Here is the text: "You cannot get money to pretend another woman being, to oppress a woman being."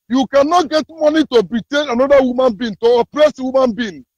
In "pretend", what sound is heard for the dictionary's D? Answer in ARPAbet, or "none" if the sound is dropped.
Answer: none